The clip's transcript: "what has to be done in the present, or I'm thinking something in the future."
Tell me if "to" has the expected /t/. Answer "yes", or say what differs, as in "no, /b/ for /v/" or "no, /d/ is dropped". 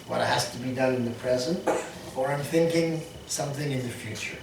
yes